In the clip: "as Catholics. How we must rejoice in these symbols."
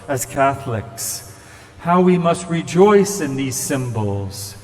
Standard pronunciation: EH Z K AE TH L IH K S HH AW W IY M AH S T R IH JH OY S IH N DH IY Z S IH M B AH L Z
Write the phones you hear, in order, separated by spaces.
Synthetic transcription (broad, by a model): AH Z K AE TH L IH K S HH AW W IY M AH S T R IH JH OY S IH N DH IY Z S IH M B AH L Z